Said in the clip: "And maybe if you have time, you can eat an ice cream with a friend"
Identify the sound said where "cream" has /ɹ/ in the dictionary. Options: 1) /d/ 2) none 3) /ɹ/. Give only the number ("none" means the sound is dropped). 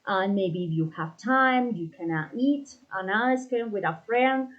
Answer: 2